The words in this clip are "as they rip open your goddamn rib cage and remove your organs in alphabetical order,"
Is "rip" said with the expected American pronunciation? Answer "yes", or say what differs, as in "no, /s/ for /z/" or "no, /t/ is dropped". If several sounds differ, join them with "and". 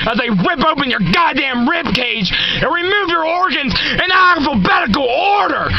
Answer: no, /w/ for /ɹ/